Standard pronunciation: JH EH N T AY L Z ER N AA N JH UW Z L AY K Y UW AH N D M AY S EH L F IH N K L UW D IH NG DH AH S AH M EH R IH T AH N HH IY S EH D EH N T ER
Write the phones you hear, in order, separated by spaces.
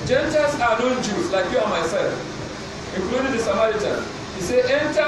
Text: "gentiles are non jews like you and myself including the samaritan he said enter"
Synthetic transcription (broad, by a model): JH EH N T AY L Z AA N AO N JH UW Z L AY K Y UW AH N M AY S EH L F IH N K L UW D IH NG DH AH S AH M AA R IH T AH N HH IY S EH EH N T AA